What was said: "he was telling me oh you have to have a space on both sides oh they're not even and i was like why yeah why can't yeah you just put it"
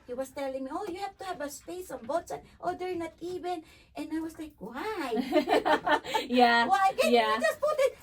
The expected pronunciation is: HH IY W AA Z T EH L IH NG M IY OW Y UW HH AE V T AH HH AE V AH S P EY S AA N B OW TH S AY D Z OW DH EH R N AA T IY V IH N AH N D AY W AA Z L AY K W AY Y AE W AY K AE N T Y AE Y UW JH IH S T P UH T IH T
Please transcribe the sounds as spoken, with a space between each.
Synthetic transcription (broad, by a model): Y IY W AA S T EH L IH NG M IY OW Y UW HH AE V T AH HH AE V AH S P EY S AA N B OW T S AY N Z OW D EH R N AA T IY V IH N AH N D AY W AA S L AY K W AY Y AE W AY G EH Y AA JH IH S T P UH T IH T